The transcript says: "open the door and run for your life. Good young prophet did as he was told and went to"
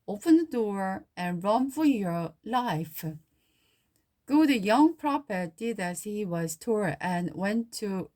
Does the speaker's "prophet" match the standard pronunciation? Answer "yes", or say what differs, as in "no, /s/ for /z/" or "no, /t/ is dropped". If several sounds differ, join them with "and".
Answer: no, /p/ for /f/